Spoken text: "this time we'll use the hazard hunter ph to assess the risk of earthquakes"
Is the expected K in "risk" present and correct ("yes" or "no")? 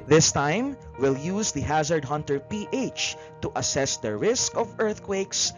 yes